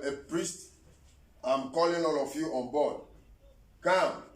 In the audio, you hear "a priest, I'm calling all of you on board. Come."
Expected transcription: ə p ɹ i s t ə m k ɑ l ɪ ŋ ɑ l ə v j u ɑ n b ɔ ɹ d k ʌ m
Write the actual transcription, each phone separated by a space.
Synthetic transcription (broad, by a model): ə p ɹ i s t ə m k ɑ l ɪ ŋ ɑ l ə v j u ɑ n b ɔ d k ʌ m